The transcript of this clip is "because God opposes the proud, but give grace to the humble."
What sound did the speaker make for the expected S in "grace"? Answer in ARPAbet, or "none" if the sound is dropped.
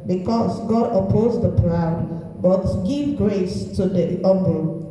S